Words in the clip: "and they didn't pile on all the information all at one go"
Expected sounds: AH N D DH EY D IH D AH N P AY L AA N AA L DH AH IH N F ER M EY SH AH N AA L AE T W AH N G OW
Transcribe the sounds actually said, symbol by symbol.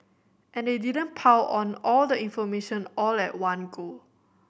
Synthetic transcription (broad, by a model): AH N D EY D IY D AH N P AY W AA N AA L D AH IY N F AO M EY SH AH N AA L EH T W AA N G OW